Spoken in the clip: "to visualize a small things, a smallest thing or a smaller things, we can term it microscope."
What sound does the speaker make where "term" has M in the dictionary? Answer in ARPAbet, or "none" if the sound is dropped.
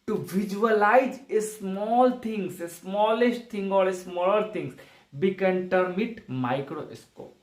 M